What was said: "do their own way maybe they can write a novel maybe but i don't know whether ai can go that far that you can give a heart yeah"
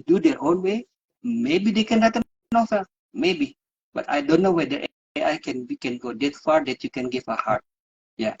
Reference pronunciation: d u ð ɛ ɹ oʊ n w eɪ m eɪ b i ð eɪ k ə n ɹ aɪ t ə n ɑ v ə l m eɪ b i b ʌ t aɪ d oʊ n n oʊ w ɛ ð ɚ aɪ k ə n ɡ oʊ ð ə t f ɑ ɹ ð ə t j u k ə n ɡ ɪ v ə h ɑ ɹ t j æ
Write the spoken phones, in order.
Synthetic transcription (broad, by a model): d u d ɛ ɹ oʊ n w eɪ m eɪ b i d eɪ k ə n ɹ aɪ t ə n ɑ f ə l m eɪ b i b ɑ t aɪ d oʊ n n oʊ w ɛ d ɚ aɪ k ə n ɡ oʊ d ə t f ɑ ɹ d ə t j u k ə n ɡ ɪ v ə h ɑ ɹ t j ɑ